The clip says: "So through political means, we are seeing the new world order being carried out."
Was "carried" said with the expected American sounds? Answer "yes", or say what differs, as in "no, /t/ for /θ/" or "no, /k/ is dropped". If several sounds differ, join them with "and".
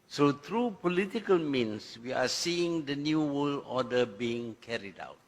yes